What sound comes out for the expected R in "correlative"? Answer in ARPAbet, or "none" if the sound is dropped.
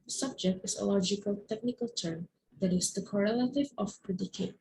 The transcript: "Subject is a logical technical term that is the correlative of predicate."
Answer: R